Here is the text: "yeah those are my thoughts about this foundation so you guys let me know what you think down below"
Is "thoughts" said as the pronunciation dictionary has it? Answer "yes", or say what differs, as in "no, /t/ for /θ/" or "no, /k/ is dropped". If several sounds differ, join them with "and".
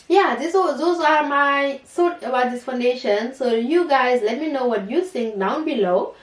no, /s/ is dropped